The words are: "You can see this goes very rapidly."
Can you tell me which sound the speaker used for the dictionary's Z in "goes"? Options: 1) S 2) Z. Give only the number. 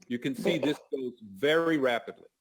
2